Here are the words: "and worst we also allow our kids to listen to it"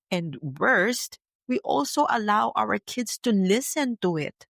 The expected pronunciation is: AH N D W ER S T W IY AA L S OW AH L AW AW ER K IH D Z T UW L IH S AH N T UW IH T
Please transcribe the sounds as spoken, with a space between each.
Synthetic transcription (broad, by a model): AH N D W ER S T W IY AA L S OW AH L AW AW ER K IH D S T UW L IH S AH N T UW IH T